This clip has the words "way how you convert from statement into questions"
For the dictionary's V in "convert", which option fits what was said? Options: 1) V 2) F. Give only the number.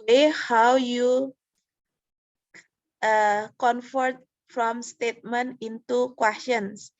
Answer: 2